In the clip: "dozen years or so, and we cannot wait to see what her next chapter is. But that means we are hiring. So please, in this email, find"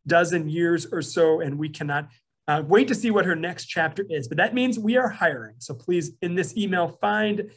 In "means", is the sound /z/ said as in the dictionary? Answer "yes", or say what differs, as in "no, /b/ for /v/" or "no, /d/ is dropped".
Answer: yes